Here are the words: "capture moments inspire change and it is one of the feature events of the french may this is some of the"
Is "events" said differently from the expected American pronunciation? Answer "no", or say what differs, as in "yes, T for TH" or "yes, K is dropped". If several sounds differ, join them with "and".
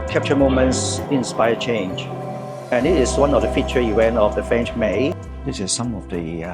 yes, W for V